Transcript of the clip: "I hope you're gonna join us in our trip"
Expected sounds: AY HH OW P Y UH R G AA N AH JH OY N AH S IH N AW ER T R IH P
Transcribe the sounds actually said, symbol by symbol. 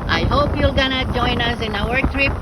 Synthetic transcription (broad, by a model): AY HH OW P Y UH L G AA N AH JH OY N AH S IH N AW ER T R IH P